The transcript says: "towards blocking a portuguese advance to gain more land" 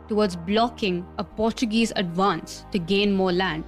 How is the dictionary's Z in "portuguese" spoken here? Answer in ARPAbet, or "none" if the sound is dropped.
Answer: Z